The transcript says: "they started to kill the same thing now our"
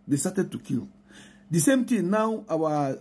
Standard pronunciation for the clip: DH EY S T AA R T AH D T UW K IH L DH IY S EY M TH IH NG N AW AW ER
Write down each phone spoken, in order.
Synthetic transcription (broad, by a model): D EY S T AA T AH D T UW K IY L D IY S EY M T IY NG N AW AW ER